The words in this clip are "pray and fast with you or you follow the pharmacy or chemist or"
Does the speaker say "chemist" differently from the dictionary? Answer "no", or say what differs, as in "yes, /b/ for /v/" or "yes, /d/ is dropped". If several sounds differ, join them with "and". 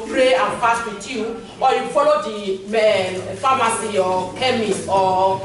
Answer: yes, /t/ is dropped